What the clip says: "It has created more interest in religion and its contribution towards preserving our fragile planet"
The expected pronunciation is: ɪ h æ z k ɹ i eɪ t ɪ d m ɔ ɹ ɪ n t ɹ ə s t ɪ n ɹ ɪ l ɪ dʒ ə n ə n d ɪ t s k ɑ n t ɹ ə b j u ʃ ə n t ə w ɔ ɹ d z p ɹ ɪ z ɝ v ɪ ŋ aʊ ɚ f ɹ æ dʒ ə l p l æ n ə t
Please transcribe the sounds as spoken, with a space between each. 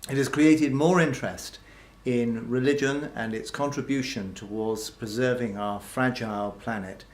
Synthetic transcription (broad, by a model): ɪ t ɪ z k ɹ i eɪ t ɪ d m ɔ ɹ ɪ n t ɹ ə s t ɪ n ɹ ɪ l ɪ dʒ ə n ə n ɪ t s k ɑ n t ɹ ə b j u ʃ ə n t ə w ɔ ɹ d z p ɹ ɪ z ɝ v ɪ ŋ aʊ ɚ f ɹ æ dʒ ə l p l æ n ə t